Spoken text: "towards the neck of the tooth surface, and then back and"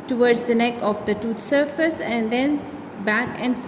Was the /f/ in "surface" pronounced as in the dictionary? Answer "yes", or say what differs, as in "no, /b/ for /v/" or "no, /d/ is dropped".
yes